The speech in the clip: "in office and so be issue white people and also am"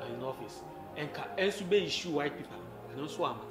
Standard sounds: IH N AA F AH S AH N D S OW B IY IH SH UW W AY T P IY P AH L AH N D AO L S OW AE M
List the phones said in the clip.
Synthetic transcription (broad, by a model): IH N AA F AH S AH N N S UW B IY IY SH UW W AY T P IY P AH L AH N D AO N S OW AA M